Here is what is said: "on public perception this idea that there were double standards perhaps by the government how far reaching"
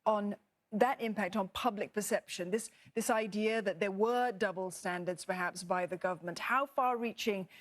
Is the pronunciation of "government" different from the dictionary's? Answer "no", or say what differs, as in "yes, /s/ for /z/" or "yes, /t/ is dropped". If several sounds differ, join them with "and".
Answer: no